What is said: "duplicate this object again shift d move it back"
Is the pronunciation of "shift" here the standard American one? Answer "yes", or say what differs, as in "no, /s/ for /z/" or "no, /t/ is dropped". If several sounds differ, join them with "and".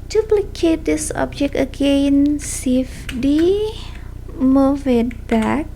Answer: no, /s/ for /ʃ/